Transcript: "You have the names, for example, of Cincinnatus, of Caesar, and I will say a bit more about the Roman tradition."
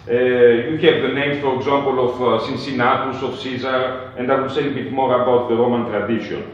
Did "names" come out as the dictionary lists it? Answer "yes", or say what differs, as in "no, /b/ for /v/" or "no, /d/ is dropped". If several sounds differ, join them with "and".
no, /z/ is dropped